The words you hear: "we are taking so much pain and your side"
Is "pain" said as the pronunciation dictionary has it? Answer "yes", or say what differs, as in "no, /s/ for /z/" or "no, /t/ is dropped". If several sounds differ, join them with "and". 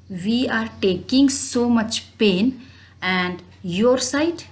yes